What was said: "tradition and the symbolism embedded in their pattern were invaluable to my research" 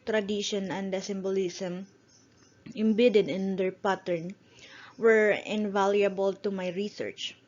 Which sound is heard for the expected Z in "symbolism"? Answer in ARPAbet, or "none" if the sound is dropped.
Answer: S